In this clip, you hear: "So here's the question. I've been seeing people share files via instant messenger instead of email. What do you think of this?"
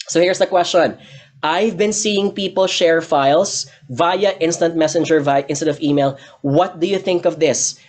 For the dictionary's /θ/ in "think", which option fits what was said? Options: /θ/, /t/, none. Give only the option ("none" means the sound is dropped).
/θ/